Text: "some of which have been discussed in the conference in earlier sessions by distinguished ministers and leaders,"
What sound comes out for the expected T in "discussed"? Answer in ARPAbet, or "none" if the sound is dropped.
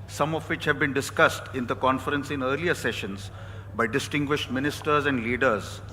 T